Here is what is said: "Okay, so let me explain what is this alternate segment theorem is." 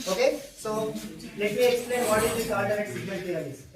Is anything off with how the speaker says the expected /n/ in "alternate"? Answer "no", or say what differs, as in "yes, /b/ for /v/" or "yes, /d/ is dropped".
yes, /n/ is dropped